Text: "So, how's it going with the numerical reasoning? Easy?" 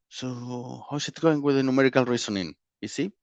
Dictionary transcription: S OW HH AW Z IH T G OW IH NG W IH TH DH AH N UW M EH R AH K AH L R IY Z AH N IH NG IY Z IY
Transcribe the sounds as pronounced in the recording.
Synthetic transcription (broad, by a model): S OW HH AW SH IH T G OW IH NG W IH DH AH N UW M EH R AH K AH L R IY S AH N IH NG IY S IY